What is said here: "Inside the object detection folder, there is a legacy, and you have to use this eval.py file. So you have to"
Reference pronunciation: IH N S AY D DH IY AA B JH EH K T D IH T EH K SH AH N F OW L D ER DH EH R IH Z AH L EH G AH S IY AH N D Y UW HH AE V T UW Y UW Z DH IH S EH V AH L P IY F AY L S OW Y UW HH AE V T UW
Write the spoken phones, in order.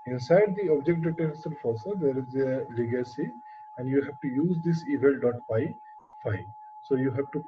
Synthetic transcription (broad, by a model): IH N S AY D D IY AA B JH EH K T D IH T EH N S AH L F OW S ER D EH R IH Z AH L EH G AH S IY AH N D Y UW HH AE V T UW Y UW Z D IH S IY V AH L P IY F AY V S OW Y UW HH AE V T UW